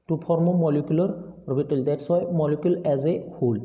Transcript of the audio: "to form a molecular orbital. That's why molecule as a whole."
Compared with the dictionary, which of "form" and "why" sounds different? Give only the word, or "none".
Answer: form